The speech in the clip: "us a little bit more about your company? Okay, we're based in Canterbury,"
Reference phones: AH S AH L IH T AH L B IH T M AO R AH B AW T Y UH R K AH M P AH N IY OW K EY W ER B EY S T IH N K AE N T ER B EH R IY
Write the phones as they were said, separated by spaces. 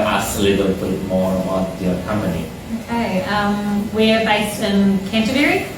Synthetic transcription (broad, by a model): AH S AH L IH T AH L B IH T M AO R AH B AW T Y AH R K AH M P AH N IY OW K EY W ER B EY S T IH N K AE N T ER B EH R IY